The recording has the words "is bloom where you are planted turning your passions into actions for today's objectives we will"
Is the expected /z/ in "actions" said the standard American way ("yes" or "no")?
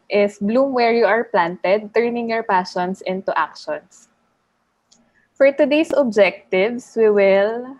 no